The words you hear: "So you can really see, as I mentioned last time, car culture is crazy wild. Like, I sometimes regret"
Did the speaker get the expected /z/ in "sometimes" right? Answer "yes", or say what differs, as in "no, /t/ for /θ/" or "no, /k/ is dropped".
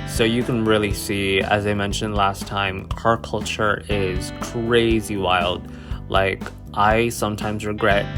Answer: yes